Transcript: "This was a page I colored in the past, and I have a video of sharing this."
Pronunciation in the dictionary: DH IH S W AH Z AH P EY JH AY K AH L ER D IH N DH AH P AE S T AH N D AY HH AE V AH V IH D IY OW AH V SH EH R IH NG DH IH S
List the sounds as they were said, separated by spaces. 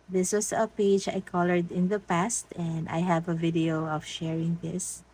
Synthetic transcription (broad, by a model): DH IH S W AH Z AH P EY JH AY K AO L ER D IH N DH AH P AE S T AH N D AY HH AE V AH V IH D IY OW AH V SH EH R IH NG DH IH S